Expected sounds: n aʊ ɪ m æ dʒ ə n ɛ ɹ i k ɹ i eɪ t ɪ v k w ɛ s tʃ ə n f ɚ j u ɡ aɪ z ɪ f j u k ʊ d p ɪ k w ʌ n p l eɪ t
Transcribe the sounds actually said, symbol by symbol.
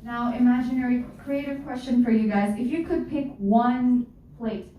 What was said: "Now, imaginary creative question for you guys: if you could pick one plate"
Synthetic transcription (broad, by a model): n aʊ ɪ m æ dʒ ə n ɛ ɹ i k ɹ i eɪ t ɪ v k w ɛ s tʃ ə n f ɚ j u ɡ aɪ z ɪ f j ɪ k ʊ d p ɪ k w ʌ n p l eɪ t